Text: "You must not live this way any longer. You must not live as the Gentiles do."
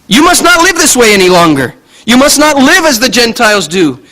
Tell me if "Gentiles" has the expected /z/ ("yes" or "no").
yes